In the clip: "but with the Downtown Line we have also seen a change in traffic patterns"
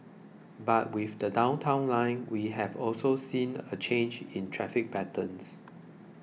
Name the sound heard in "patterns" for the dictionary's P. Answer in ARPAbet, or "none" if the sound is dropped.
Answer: B